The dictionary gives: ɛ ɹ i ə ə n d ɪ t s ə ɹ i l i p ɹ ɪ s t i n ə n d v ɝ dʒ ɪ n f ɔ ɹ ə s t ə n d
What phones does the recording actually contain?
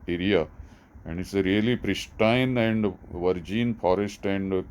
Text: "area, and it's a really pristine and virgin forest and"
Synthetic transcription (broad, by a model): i ɹ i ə ə n d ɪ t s ə ɹ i l i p ɹ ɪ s t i n ə n d v ɝ dʒ ɪ n f ɔ ɹ ə s t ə n d